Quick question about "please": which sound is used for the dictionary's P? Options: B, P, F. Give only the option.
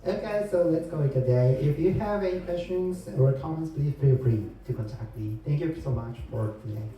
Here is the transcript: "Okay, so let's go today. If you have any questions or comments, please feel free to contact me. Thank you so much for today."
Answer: B